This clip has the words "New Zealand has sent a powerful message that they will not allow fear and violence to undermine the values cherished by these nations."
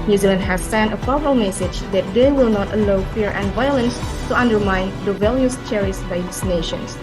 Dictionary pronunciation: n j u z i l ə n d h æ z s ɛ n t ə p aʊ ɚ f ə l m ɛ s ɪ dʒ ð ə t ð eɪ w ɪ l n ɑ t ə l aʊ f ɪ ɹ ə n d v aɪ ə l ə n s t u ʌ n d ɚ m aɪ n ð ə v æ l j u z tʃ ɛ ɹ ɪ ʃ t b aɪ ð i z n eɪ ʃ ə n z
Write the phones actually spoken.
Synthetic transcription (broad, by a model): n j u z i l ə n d h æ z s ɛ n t ə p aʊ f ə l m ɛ s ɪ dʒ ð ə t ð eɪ w ɪ l n ɑ t ə l aʊ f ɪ ɹ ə n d v aɪ ə l ə n s t u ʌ n d ɚ m aɪ n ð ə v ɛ l j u s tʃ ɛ ɹ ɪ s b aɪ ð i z n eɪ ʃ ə n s